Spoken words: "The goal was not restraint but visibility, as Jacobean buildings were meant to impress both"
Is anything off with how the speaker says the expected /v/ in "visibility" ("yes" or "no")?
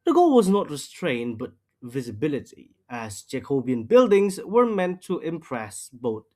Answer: no